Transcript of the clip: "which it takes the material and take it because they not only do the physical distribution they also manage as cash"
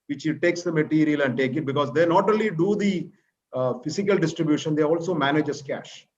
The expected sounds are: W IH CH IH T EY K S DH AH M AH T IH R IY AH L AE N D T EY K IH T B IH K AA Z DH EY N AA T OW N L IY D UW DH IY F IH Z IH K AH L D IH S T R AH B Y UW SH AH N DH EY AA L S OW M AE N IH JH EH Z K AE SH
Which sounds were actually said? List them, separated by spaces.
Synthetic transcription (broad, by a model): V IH CH IH T EY K S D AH M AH T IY R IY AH L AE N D T EY K IH T B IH K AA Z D EY N AA T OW L IY D UW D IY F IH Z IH K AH L D IH S T R AH B Y UW SH AH N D EY AA L S OW M AE N IH JH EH S K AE SH